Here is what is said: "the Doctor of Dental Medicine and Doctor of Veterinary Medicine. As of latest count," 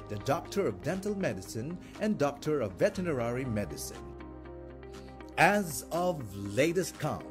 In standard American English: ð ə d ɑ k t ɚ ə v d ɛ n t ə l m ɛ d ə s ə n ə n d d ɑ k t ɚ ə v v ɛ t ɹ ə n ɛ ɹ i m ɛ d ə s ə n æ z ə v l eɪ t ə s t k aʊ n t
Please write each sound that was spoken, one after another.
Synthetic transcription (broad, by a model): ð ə d ɑ k t ɚ ə v d ɛ n t ə l m ɛ d ə s ə n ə n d d ɑ k t ɚ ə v v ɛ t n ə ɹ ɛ ɹ i m ɛ d ə s ə n æ z ə v l eɪ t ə s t k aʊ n